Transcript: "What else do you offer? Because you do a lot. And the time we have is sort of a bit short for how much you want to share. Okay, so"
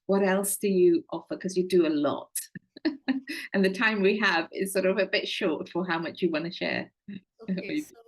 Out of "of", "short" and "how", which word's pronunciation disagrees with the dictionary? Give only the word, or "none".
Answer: none